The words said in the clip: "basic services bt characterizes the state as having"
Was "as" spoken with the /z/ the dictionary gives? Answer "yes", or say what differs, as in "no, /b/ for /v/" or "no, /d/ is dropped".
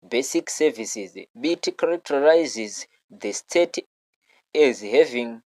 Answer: yes